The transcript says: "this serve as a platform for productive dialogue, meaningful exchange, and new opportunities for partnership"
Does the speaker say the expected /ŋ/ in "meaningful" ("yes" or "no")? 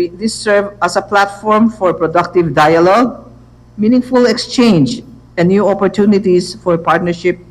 yes